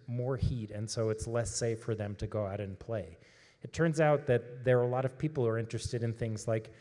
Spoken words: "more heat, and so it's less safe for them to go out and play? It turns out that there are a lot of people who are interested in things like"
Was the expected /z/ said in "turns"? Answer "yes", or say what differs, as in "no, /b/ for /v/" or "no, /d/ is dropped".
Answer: yes